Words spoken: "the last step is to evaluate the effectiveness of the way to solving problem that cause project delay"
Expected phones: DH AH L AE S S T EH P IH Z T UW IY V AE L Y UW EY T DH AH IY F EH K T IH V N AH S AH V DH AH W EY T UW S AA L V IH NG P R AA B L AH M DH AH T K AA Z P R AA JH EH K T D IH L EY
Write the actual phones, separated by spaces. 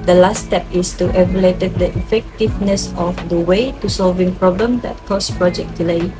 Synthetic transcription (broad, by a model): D AH L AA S S T EH P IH S T UW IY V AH L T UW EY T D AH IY F EH K T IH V N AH S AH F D AH W EY T UW S AA L V IH NG P R AA B L AH M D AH T K AA S P R AA JH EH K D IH L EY